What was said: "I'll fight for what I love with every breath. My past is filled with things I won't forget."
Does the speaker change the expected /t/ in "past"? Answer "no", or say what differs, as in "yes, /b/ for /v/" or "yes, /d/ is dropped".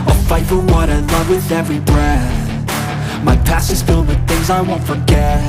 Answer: yes, /t/ is dropped